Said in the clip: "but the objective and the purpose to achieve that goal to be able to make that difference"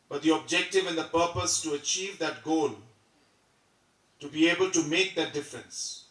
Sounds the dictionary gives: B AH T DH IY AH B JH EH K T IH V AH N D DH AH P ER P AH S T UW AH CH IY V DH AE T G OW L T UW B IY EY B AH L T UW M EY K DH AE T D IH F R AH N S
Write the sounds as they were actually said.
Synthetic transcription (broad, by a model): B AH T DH IY AH B JH EH K T IH V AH N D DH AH P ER P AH S T UW AH CH IY V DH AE T G OW L T UW B IY EY B AH L T UW M EY K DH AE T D IH F R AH N S